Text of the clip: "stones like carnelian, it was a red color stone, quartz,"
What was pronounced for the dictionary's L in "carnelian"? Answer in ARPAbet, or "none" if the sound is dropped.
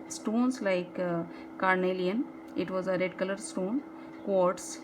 L